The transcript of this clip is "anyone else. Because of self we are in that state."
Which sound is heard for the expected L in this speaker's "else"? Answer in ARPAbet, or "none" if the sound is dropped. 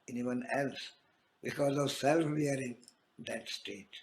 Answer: L